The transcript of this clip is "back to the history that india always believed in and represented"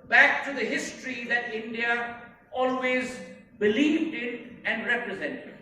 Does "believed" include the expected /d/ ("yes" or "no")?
yes